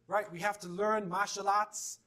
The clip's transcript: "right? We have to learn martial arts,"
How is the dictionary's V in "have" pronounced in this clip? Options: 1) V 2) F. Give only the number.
2